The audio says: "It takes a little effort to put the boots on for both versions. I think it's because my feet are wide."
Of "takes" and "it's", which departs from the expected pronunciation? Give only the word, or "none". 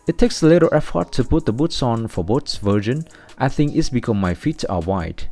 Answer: none